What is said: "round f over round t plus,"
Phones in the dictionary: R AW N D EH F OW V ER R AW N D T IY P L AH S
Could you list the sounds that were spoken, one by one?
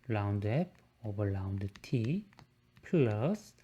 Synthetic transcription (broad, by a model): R AW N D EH P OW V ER L AW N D T IY P L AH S